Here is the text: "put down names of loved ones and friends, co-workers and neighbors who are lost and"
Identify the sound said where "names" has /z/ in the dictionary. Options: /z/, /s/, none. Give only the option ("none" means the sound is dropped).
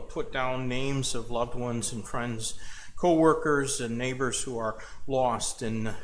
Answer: /z/